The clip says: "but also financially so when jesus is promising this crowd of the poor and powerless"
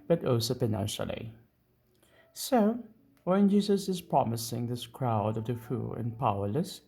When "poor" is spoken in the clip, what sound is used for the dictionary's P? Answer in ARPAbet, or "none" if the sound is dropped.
F